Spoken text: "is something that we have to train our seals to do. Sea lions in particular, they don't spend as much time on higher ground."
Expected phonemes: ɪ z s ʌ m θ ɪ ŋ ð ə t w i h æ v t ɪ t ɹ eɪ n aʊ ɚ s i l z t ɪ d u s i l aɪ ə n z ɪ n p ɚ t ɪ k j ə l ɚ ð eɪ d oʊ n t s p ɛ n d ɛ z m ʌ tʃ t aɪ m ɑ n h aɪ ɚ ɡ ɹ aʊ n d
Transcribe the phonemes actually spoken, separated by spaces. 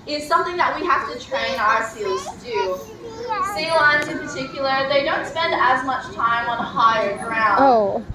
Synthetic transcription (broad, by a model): ɪ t s ʌ m θ ɪ ŋ ð ə t w i h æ f t ɪ t ɹ eɪ n aʊ ɚ s i l z t ɪ d u s i l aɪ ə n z ɪ n p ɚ t ɪ k j l ɚ ð eɪ d oʊ n t s p ɛ n d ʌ z m ʌ tʃ t aɪ m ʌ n h aɪ ɚ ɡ ɹ aʊ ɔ